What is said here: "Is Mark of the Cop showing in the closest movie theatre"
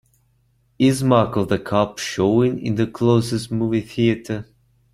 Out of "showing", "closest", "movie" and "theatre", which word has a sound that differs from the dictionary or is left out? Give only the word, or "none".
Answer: none